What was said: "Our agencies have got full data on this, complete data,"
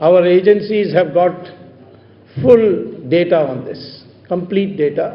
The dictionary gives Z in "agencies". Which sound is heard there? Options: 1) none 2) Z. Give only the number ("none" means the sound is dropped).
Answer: 2